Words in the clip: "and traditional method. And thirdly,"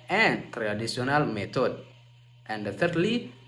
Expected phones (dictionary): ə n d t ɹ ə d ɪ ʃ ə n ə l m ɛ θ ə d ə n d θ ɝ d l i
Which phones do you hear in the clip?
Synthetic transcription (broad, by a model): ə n t ɹ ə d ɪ s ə n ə l m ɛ t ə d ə n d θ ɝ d l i